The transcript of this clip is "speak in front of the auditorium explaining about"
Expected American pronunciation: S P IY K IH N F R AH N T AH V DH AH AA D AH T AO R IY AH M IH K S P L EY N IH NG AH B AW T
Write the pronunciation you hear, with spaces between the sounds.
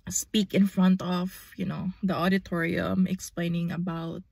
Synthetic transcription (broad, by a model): S P IY K IH N F R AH N T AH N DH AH AA D AH T AO R IY AH M IH K S P L EY N IH NG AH B AW T